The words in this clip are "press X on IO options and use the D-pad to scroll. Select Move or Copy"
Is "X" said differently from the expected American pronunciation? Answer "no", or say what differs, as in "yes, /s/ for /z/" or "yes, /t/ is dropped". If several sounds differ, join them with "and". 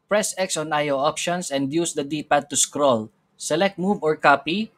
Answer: no